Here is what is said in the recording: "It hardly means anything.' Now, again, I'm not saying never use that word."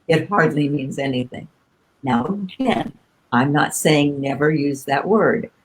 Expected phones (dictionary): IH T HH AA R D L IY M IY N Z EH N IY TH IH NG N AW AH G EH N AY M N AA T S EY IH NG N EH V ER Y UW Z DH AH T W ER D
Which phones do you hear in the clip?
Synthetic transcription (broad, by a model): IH T HH AA R D L IY M IY N Z EH N IY TH IH NG N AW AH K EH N AY M N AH T S EY IH NG N EH V ER Y UW Z DH AH T W ER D